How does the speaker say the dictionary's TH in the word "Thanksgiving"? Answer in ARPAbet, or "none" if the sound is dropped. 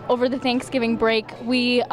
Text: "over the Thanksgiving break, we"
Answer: TH